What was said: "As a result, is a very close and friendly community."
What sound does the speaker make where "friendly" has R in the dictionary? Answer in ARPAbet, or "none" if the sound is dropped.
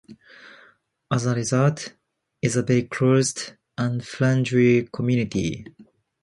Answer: L